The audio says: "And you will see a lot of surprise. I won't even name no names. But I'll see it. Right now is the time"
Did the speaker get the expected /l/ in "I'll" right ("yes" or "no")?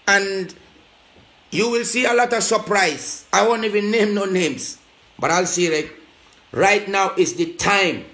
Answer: yes